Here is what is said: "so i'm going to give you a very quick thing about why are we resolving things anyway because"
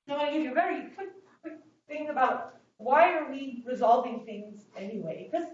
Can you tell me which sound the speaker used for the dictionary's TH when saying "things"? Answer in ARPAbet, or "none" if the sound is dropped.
TH